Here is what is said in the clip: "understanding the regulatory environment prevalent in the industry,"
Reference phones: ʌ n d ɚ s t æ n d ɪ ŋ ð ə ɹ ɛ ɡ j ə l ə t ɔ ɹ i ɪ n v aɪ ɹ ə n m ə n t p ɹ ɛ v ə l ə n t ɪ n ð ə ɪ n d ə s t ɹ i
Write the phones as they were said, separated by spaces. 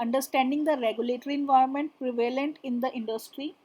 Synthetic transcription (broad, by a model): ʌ n d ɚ s t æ n d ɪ ŋ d ə ɹ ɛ ɡ j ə l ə t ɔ ɹ i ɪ n v aɪ ə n m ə n t p ɹ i v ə l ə n t ɪ n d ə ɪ n d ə s t ɹ i